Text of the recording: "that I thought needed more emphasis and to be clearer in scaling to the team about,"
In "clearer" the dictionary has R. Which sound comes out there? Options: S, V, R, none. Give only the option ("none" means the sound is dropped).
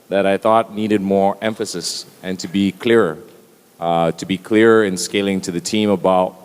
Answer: R